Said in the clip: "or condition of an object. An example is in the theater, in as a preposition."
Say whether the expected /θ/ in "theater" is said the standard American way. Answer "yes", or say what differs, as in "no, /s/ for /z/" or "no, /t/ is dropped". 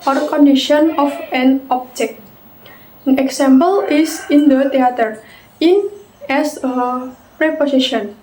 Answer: no, /t/ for /θ/